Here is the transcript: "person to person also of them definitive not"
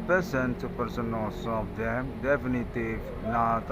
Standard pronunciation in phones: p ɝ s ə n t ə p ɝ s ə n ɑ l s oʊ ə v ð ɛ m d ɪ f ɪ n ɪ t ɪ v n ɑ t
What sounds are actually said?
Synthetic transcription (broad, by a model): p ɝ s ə n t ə p ɝ s ə n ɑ s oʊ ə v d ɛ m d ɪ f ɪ n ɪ t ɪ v n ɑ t